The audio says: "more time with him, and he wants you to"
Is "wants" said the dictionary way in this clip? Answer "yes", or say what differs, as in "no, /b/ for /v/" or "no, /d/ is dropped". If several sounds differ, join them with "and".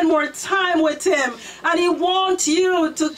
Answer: no, /s/ is dropped